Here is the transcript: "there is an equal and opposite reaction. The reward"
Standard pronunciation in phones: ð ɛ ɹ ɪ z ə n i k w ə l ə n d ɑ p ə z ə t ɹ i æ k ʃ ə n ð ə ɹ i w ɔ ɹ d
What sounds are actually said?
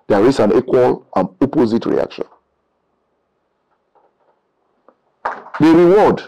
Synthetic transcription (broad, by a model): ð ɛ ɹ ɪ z ə n i k w ə l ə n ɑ p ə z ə t ɹ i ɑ k ʃ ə n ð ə ɹ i w ɔ d